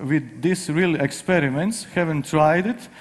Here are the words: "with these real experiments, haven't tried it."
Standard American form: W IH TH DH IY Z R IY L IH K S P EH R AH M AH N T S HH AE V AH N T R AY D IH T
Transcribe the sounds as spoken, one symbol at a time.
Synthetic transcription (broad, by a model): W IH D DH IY S R IY L IH K S P EH R AH M AH N T S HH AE V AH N T R AY D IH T